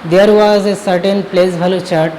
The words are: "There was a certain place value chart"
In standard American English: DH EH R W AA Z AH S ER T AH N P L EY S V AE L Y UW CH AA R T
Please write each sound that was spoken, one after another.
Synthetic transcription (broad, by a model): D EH R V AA Z AH S ER T AH N P L EY S B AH L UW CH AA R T